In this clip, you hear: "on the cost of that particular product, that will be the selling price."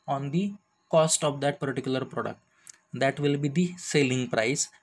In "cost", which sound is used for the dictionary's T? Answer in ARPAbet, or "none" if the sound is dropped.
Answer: T